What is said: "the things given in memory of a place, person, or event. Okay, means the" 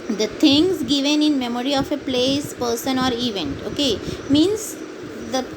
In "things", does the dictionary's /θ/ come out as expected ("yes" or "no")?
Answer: no